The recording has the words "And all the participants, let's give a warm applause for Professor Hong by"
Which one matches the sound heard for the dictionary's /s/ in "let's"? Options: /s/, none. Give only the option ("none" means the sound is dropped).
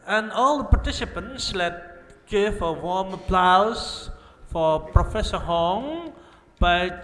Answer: none